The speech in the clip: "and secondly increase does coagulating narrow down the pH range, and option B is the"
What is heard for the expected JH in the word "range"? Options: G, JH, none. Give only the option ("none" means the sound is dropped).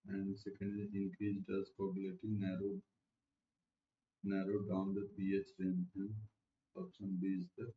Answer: none